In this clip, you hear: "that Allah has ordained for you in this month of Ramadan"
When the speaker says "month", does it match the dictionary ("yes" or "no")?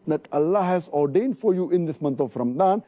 no